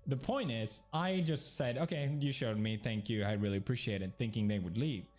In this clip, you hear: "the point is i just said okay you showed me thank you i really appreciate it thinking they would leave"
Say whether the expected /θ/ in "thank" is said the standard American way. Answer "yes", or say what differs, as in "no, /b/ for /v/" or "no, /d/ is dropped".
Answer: yes